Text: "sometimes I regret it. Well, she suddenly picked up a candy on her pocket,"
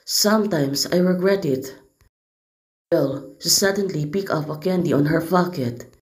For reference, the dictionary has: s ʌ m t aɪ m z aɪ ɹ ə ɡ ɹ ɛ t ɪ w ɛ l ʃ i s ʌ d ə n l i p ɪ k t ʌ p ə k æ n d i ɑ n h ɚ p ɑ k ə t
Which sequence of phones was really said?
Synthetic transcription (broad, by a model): s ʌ m t aɪ m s aɪ ɹ ə ɡ ɹ ɛ t ɪ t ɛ l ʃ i s ʌ d ə n l i p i k ʌ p ə k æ n d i ɑ n h ɚ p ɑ k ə t